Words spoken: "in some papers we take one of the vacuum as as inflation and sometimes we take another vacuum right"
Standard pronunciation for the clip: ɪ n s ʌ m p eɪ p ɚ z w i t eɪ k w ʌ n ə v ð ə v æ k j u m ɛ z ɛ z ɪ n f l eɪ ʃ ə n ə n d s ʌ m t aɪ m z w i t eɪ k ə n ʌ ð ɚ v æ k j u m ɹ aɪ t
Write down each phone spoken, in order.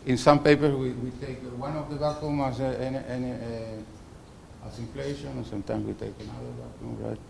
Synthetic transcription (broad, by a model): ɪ n s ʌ m p eɪ p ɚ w w i t eɪ k w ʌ n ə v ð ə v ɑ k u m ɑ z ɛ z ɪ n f l eɪ ə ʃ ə n s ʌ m t aɪ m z w i t eɪ k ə n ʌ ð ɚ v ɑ k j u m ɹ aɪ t